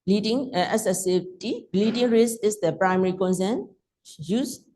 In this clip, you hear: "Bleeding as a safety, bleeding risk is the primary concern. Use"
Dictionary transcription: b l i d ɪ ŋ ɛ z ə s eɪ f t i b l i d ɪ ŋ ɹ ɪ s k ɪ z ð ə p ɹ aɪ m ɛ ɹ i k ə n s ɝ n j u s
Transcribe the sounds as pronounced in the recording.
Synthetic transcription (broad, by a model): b l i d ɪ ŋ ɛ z ə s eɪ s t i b l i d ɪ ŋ ɹ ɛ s ɪ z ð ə p ɹ aɪ m ɛ ɹ i k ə n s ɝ n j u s